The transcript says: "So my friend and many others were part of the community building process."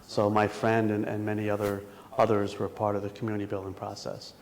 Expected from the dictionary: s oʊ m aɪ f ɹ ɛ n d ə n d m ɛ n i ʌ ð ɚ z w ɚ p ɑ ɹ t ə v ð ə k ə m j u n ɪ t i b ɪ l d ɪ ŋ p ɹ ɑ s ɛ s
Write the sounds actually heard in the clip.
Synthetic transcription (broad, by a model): s oʊ m aɪ f ɹ ɛ n d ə n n m ɛ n i ʌ ð ɚ z w ɚ p ɑ ɹ t ə v ð ə k m j u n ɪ t i b ɪ l d ɪ ŋ p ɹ ɑ s ɛ s